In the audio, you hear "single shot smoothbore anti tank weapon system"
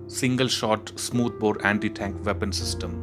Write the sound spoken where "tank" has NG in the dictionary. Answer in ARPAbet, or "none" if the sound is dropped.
NG